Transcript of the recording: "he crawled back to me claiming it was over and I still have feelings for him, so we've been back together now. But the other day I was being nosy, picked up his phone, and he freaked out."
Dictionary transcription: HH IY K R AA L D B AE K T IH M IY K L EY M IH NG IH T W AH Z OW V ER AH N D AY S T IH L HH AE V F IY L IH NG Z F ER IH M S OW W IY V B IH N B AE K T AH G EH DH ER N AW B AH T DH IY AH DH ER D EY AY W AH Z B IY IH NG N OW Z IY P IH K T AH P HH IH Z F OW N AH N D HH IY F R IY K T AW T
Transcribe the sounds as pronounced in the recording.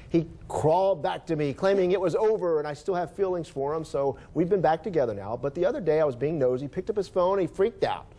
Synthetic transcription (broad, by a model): HH IY K R AA L D B AE K T IH M IY K L EY M IH NG IH T W AH Z OW V ER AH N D AY S T IH L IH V F IY L IH NG Z F ER IH M S OW W IY V B IH N B AE K T AH G EH DH ER N AW B AH T DH IY AH DH ER D EY AY W AH Z B IY IH NG N OW Z IY P IH K T AH P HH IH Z F OW AH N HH IY F R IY K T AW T